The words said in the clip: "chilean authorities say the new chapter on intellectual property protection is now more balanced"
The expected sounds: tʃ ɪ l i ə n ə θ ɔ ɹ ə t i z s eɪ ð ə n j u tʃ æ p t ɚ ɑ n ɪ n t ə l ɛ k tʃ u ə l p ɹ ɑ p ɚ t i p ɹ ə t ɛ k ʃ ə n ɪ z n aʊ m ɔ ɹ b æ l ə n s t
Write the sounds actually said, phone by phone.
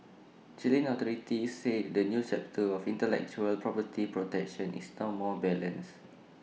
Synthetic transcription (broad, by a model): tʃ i l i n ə t ɔ ɹ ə t i s eɪ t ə n j u tʃ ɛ p t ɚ ɑ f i n t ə l ɛ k tʃ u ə l p ɹ ɑ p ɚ t i p ɹ ə t ɛ k ʃ ə n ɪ s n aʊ m ɔ b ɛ l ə n s